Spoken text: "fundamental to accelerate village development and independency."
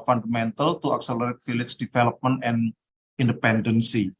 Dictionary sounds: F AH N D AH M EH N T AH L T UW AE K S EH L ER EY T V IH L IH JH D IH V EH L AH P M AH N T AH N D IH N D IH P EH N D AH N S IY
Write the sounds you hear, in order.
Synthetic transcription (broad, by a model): F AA N D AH M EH N T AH L T UW AE K S EH L ER EY T F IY L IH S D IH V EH L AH P M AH N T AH N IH N D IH P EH N D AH N S IY